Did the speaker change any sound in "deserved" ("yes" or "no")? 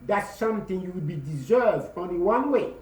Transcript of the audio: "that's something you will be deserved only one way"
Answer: no